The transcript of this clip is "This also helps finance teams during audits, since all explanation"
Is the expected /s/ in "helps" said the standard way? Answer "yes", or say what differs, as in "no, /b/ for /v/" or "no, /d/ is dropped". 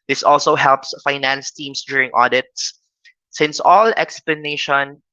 yes